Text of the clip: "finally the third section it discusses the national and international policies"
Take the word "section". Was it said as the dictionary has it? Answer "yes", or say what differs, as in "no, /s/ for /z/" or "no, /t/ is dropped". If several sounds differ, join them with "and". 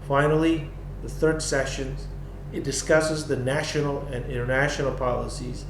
no, /k/ is dropped